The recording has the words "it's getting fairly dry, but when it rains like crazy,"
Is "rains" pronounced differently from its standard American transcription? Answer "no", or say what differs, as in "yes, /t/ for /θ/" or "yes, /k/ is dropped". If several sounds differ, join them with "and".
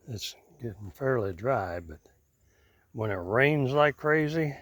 no